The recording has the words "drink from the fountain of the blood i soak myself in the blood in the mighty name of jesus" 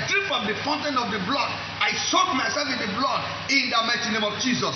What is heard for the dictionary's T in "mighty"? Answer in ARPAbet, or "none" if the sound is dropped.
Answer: S